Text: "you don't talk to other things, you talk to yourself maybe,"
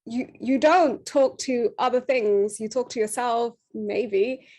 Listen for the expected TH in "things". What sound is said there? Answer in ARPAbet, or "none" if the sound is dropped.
TH